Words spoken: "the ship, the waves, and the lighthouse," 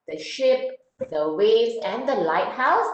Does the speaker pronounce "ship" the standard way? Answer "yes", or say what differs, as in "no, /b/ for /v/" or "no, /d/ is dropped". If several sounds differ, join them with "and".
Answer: yes